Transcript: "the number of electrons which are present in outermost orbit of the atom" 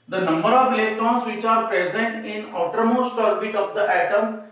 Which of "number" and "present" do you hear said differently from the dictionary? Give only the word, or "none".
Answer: none